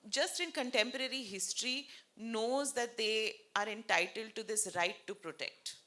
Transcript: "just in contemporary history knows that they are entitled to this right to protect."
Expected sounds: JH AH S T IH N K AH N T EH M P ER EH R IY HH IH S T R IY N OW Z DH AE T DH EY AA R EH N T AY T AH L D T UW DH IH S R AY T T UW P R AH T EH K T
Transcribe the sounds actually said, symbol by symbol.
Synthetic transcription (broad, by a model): JH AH S T IH N K AH N T EH M P ER EH R IY HH IH S T R IY N OW Z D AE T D EY AA R EH N T AY T AH L D T UW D IH S R AY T T UW P R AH T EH K T